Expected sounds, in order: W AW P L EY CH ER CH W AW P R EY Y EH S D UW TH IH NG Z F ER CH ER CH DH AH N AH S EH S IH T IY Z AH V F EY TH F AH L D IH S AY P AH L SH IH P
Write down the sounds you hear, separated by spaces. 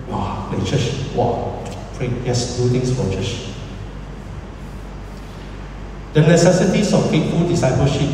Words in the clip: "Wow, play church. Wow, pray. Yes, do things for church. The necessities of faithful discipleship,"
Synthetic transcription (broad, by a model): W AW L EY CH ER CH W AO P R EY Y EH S D UW T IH NG S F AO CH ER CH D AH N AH S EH S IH T IY S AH F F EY T F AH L D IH S AY P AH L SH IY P